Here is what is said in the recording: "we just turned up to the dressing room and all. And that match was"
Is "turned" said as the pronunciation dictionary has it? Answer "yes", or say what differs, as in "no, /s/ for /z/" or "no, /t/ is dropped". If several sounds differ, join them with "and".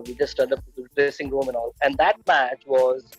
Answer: no, /n/ is dropped